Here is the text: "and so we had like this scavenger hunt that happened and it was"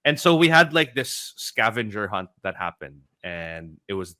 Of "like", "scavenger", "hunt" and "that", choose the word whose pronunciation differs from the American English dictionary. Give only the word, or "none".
none